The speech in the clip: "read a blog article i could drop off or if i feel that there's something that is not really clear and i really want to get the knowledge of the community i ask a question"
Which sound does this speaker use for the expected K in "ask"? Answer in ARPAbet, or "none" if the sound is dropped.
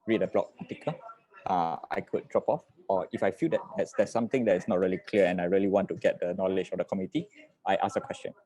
none